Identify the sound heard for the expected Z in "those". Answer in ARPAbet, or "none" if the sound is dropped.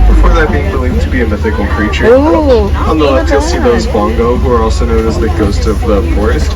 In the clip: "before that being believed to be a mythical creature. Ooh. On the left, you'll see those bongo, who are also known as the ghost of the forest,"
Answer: Z